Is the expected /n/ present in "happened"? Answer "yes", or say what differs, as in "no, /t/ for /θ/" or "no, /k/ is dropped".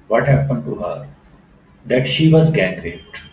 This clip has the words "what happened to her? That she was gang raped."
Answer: yes